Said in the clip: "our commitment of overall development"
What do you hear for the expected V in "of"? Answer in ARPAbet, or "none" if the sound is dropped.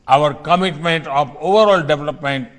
P